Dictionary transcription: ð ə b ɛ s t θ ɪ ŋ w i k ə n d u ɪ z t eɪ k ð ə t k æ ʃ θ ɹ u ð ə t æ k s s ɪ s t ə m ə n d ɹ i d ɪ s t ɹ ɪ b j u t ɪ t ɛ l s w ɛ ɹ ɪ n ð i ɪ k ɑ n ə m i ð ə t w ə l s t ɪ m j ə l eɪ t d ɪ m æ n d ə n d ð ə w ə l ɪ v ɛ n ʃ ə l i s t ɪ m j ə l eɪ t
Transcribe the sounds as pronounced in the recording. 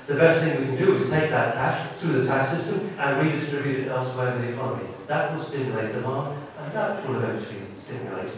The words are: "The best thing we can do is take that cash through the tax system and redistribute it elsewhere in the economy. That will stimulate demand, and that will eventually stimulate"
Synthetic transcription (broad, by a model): ð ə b ɛ s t θ ɪ ŋ w i k ə n d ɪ ɪ z t eɪ k ð ə t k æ ʃ θ ɹ u ð ə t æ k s s ɪ s t ə m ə n ɹ i d ɪ s t ɹ ɪ b j u t ɪ t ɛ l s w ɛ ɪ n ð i ɪ k ɑ n ə m i ð ə t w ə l s t ɪ m j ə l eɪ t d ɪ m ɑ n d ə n ð ə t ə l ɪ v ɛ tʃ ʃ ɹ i s t ɪ m j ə l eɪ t